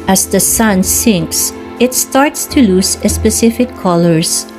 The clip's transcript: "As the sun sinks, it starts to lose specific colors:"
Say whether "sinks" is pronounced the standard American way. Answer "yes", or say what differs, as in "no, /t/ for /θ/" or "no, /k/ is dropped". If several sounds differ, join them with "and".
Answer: yes